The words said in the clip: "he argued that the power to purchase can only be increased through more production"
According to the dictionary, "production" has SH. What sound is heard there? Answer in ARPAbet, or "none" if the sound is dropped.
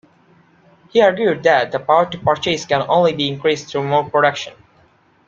SH